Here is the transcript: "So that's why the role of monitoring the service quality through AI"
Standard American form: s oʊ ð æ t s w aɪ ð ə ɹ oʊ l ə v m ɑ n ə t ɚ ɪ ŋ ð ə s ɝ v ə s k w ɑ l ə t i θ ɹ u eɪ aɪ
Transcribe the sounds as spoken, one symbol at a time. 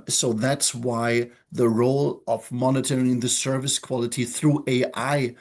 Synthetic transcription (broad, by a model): s oʊ ð æ t s w aɪ ð ə ɹ oʊ l ə v m ɑ n ə t ɚ ɪ ŋ ð ə s ɝ v ə s k w ɑ l ə t i θ ɹ u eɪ aɪ